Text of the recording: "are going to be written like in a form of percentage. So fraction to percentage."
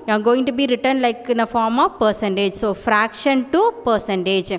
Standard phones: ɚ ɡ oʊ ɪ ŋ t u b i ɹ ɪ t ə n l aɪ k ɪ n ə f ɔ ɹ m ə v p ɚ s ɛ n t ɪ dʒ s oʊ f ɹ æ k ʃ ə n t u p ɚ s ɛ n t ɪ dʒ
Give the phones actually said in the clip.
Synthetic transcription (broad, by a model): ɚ ɡ oʊ ɪ ŋ t u b i ɹ ɪ t ə n l aɪ k ɪ n ə f ɔ ɹ m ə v p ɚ s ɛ n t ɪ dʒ s oʊ f ɹ æ k ʃ ə n t u p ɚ s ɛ n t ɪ dʒ